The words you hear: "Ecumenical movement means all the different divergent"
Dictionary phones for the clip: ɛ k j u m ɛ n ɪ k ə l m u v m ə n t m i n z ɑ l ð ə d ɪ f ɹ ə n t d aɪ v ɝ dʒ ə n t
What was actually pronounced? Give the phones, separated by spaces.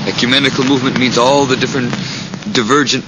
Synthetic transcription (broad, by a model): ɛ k j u m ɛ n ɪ k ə l m u v m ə n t m i n z ɑ l ð ə d ɪ f ɹ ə n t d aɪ v ɝ dʒ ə n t